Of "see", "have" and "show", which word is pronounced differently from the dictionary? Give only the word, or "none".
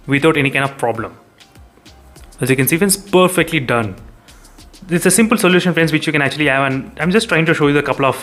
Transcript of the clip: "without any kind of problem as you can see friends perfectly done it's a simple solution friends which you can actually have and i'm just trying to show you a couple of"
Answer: none